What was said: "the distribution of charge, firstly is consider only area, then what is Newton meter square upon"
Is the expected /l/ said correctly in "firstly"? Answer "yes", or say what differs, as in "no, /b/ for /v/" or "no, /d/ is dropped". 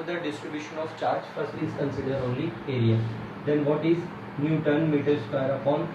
no, /l/ is dropped